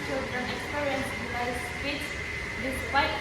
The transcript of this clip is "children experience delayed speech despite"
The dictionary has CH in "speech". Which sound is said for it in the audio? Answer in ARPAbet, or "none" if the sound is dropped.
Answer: S